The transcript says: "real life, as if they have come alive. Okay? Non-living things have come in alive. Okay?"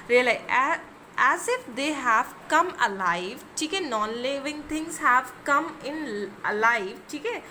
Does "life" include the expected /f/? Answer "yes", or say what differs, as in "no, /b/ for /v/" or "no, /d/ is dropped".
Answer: no, /f/ is dropped